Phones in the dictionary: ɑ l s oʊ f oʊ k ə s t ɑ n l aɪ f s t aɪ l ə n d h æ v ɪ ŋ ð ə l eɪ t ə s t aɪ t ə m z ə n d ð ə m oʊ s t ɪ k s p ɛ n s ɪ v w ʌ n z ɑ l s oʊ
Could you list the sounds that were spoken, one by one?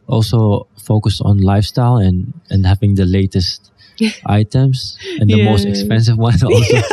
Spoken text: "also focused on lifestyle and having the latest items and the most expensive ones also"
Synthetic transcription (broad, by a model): ɑ l s oʊ f oʊ k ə s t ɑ n l aɪ f s t aɪ l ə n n h æ v ɪ ŋ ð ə l eɪ t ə s t aɪ t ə m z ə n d ð ə m oʊ s t ɪ k s p ɛ n s ɪ v w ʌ n ɑ l s oʊ